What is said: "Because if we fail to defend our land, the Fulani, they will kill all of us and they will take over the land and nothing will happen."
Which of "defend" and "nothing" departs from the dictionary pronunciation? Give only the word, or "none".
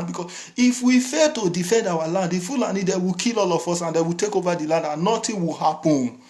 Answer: nothing